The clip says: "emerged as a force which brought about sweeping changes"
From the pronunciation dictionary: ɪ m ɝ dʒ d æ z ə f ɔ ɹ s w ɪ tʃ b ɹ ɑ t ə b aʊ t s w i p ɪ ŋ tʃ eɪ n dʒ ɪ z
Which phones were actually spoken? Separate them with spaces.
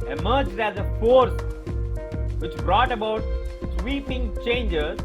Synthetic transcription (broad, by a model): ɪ m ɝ dʒ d æ z ə f ɔ ɹ s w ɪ tʃ b ɹ ɑ t ə b aʊ t s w i p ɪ ŋ tʃ eɪ n dʒ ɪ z